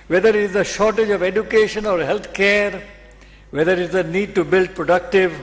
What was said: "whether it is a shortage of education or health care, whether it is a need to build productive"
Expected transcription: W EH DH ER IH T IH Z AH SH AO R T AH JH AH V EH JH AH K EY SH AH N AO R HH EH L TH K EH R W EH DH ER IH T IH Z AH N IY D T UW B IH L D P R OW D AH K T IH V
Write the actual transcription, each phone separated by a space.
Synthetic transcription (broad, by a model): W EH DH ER IH T IH Z AH SH AO R T AH JH AH V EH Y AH K EY SH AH N AO R HH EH L T K EH R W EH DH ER IH T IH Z AH N IY D T UW B IH L D P R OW D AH K T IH V